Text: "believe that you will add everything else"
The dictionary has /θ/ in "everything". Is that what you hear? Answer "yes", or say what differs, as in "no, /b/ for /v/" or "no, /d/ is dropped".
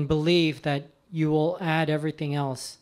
yes